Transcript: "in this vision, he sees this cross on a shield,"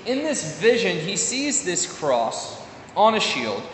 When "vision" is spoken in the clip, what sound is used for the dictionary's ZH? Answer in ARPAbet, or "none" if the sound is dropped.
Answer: ZH